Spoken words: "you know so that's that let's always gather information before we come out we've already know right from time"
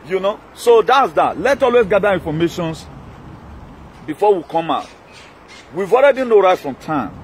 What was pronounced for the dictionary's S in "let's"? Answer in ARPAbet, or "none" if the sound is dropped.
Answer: none